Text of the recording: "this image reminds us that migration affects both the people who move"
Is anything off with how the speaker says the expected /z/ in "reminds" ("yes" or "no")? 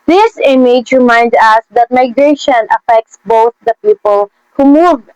yes